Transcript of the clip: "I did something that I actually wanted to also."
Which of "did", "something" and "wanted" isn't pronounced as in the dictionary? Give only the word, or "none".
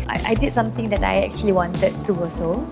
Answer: something